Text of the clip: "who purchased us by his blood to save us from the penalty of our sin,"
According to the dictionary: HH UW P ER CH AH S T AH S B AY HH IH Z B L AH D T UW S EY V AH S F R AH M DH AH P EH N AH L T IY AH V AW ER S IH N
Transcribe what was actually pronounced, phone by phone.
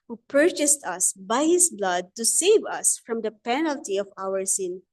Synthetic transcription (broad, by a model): HH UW P ER CH AH S T AH S B AY HH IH S B L AH D T UW S EY V AH S F R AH M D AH P EH N AH L T IY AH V AW ER S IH N